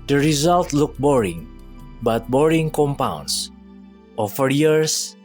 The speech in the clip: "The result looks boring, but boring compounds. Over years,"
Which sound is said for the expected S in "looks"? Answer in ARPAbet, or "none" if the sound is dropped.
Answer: none